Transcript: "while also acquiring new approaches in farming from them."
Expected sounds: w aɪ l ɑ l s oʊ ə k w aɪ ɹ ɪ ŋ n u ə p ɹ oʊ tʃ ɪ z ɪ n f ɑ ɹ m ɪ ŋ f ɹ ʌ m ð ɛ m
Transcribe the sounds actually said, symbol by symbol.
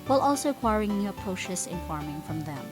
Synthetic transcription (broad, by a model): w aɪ l ɑ l s oʊ ə k w aɪ ɹ ɪ ŋ n u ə p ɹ oʊ ʃ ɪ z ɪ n f ɑ ɹ m ɪ ŋ f ɹ ʌ m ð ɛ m